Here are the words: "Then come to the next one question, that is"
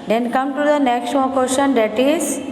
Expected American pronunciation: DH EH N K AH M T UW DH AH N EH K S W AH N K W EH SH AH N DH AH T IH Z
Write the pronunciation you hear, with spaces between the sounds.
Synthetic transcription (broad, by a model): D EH N K AH M T UW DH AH N EH K S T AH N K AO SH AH N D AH T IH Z